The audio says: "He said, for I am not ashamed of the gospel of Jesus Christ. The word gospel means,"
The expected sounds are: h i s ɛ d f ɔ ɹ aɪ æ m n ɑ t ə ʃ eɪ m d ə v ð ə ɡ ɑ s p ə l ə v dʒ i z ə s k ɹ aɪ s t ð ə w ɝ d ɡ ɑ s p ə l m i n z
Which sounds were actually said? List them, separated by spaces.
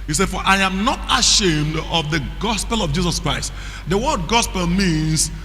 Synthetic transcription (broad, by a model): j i s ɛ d f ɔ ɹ aɪ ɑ m n ɑ t ə ʃ eɪ m d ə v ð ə ɡ ɑ s p ə l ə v dʒ i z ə s k ɹ aɪ s t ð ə w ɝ d ɡ ɑ s p ə l m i n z